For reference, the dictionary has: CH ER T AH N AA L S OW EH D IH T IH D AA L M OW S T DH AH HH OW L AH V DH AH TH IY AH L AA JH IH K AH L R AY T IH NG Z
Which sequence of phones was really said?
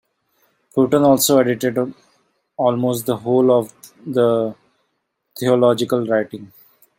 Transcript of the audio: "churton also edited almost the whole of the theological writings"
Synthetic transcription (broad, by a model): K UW T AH N AA L S OW EH D IH T IH D AA L M OW S T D AH HH OW L AH V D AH T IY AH L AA JH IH K AH L R AY T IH NG